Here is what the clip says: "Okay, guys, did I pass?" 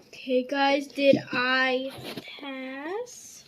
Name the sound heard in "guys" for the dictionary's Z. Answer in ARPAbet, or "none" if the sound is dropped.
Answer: Z